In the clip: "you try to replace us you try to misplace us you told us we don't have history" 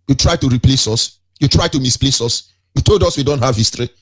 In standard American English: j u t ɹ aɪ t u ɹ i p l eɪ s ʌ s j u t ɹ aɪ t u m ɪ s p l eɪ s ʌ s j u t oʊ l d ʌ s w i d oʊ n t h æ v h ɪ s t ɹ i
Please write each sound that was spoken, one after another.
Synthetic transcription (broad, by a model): j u t ɹ aɪ t u ɹ i p l eɪ s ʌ s j u t ɹ aɪ t u m ɪ s p l eɪ s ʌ s j u t oʊ l d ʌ s w i d oʊ n t h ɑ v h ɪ s t ɹ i